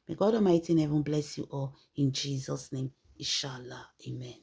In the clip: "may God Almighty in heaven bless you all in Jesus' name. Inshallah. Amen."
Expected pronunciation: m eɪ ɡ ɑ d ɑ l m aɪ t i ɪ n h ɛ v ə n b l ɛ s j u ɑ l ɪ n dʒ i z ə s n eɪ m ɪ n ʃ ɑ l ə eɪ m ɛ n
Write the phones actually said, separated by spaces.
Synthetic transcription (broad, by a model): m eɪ ɡ ɑ d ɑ m aɪ t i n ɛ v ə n b l ɛ s j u ɑ l ɪ n dʒ i z ə s n eɪ m ɪ n ʃ ɑ l ə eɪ m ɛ n